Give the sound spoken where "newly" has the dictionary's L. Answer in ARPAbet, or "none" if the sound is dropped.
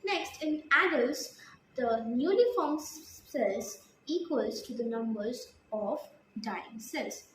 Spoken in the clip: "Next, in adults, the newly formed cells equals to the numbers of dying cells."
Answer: N